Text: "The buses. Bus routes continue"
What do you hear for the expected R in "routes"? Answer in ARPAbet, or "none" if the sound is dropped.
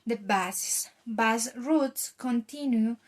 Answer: R